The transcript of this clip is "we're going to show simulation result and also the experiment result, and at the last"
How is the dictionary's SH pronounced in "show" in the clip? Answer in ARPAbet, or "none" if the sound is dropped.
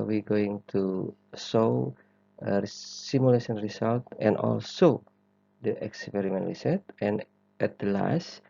S